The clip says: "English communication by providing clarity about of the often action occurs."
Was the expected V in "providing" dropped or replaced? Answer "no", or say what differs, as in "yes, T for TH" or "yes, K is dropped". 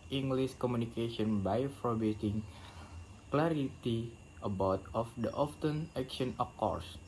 yes, B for V